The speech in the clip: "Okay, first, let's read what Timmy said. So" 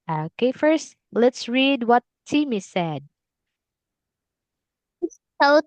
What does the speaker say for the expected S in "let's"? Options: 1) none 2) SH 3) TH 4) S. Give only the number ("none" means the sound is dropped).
4